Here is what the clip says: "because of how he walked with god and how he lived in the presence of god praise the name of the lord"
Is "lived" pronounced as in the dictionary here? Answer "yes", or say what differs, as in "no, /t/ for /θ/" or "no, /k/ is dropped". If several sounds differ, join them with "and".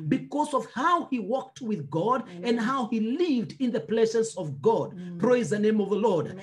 yes